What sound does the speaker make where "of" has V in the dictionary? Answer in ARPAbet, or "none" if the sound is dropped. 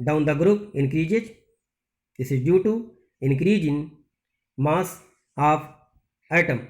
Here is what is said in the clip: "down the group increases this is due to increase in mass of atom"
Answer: P